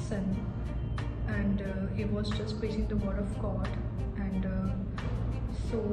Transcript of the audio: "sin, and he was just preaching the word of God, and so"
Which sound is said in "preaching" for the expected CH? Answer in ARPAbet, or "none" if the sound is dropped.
S